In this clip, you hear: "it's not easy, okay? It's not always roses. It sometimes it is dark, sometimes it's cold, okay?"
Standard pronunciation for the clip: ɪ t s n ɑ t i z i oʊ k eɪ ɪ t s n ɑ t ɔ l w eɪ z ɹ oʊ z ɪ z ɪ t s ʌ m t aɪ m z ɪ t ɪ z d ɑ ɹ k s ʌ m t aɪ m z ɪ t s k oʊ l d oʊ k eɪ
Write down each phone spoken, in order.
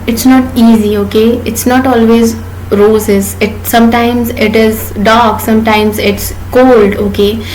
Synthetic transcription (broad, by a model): ɪ t s n ɑ t i z i oʊ k eɪ ɪ t s n ɑ t ɔ l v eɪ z ɹ oʊ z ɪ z ɪ t s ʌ m t aɪ m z ɪ t ɪ z d ɑ ɹ k s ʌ m t aɪ m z ɪ t s k oʊ l d oʊ k eɪ